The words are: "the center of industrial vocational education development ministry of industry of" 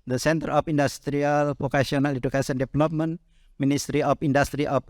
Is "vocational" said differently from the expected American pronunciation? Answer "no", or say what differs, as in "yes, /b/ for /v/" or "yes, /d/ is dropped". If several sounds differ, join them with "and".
yes, /p/ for /v/ and /s/ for /ʃ/